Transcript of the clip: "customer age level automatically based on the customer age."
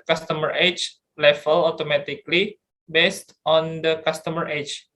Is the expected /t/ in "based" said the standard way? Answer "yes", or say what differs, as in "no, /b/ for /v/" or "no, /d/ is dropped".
yes